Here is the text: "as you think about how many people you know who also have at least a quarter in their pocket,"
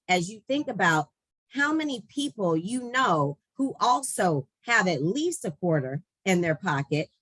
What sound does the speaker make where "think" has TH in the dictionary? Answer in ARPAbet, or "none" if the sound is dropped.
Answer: TH